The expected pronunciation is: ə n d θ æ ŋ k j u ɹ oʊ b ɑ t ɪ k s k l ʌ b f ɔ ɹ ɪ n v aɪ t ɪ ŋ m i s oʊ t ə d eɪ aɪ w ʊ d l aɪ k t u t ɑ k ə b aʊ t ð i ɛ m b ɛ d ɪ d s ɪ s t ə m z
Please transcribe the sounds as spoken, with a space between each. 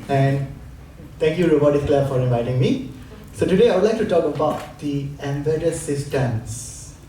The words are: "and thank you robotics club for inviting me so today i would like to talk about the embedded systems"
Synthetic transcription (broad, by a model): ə n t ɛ ŋ k j u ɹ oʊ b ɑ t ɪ s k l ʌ f ɔ ɹ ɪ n v aɪ t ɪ ŋ m i s oʊ t ə d eɪ aɪ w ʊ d l aɪ k t u t ɑ k ə b aʊ t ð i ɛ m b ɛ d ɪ s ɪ s t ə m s